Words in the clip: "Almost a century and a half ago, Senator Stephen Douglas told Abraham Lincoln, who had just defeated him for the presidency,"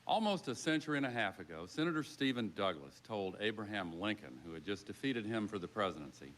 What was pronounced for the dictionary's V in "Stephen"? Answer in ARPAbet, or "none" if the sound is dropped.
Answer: V